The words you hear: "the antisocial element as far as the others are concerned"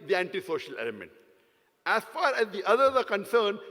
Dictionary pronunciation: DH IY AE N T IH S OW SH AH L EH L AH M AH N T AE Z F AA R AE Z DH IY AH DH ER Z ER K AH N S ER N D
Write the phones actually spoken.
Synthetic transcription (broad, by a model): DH IY AE N T IH S OW SH AH L EH L AH M AH N T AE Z F AA R AE Z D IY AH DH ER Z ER K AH N S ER N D